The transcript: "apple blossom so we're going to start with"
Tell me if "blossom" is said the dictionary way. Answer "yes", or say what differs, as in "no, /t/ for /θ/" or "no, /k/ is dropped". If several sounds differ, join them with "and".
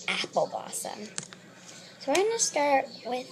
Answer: no, /l/ is dropped